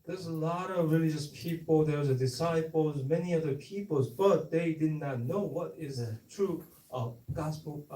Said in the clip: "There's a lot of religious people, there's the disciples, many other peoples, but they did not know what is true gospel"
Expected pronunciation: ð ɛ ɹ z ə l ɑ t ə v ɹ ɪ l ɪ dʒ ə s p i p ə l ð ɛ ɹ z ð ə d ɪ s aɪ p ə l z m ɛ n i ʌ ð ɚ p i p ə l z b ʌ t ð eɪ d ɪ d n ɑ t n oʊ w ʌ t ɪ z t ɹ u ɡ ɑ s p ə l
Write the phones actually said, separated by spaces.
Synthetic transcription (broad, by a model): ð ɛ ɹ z ə l ɑ t ə v ɹ ɪ l ɪ dʒ ə s p i p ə l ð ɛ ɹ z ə d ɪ s aɪ p l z m ɛ n i ʌ ð ɚ p i p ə l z b ʌ t ð eɪ d ɪ d n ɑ t n oʊ w ʌ t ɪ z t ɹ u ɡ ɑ s p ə l